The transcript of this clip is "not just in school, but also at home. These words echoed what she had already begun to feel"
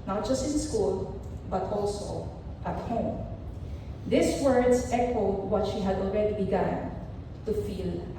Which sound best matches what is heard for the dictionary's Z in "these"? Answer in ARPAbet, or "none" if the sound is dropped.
S